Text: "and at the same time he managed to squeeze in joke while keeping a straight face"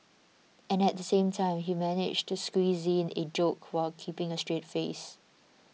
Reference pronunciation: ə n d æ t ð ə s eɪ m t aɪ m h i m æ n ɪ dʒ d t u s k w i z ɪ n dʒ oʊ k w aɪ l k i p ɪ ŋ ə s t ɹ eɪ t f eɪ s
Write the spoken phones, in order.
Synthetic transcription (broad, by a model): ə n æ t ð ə s eɪ m t aɪ m h i m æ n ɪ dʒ t u s k w i z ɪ n dʒ oʊ k w aɪ l k i p ɪ ŋ ə s t ɹ eɪ t f eɪ s